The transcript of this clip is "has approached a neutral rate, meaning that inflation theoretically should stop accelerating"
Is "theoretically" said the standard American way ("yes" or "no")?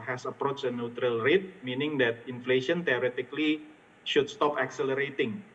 no